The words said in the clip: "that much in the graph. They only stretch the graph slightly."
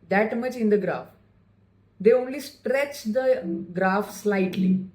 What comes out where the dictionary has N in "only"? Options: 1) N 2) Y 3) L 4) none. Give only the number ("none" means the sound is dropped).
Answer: 1